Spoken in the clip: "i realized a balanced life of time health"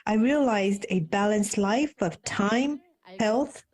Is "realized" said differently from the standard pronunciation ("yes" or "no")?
no